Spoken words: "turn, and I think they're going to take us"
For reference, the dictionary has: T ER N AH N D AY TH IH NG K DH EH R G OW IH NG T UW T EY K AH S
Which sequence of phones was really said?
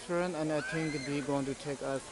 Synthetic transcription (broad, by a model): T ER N AH N D AY T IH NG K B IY G OW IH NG T UW T EY K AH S